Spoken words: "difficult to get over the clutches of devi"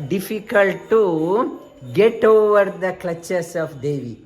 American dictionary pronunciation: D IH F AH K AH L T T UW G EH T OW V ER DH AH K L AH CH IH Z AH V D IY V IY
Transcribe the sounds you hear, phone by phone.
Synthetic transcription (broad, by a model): D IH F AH K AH L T T UW G EH T OW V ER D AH K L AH CH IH S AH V D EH V IY